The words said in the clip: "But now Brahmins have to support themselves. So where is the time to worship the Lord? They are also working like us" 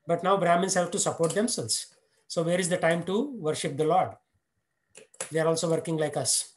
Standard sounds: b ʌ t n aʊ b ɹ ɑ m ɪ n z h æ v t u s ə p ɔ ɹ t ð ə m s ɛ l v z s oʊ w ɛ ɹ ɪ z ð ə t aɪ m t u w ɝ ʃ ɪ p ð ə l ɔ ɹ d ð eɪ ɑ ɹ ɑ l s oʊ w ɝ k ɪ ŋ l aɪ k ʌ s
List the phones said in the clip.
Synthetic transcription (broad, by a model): b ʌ t n aʊ b ɹ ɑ m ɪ n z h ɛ p t u s ə p ɔ ɹ t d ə m s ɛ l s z s oʊ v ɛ ɹ ɪ z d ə t aɪ m t u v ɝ ʃ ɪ p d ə l ɔ ɹ d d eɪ ɑ ɹ ɑ l s oʊ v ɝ k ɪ ŋ l aɪ k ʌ s